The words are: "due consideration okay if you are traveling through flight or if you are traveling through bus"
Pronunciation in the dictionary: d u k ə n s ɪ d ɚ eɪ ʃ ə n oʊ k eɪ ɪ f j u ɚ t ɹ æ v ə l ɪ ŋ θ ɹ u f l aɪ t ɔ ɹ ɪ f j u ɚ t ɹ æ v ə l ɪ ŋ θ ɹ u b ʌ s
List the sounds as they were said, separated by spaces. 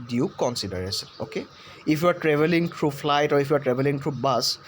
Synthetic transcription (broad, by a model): d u k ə n s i d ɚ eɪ s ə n oʊ k eɪ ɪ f j u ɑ t ɹ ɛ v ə l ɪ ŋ t ɹ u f l aɪ t ɔ ɹ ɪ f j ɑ t ɹ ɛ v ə l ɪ ŋ t ɹ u b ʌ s